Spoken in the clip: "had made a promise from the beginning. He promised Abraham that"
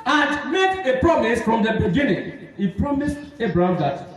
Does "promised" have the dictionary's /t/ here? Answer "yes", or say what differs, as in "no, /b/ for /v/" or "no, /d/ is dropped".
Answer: yes